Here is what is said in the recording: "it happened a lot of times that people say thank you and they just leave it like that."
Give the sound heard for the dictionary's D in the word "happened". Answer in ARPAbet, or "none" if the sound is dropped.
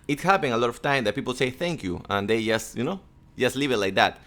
none